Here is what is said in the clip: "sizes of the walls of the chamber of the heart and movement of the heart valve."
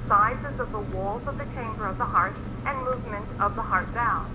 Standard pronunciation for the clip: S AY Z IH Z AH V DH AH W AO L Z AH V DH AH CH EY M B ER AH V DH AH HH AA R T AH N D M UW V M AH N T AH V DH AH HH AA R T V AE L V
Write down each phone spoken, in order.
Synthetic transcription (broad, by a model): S AY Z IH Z AH V DH AH W AO L Z AH V DH AH CH EY M B ER AH V DH AH HH AA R T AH N M UW V M AH N T AH V DH AH HH AA R T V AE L